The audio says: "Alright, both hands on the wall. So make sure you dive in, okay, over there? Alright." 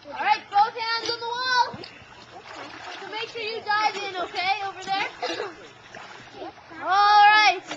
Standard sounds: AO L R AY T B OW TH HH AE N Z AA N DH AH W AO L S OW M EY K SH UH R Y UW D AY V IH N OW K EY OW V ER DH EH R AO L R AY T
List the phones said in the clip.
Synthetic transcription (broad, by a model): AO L R AY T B OW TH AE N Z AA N DH AH W AO L S OW M EY K SH UH R Y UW D AY V IH N OW K EY OW V ER DH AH R AO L R AY T